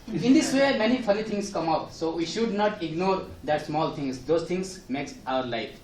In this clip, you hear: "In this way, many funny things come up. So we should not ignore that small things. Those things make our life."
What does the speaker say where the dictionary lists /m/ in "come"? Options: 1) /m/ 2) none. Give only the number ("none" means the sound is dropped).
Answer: 1